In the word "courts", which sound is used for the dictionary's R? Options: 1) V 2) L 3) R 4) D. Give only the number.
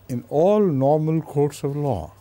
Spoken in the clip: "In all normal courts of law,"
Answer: 3